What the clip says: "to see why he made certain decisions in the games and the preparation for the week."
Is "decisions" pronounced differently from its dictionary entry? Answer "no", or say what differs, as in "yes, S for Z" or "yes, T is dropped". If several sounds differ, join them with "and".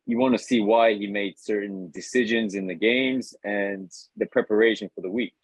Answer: no